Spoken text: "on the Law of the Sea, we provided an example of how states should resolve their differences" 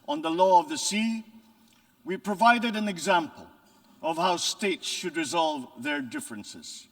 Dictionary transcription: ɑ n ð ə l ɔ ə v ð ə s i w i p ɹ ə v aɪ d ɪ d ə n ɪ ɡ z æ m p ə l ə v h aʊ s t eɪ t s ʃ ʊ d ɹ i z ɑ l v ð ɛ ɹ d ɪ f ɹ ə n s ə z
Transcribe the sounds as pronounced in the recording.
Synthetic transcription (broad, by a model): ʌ n ð ə l ɔ ə v ð ə s i w i p ɹ ə v aɪ d ɪ d ə n ɪ ɡ z æ m p ə l ə v h aʊ s t eɪ t s ʃ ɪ d ɹ i z ɑ l v ð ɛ ɹ d ɪ f ɹ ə n s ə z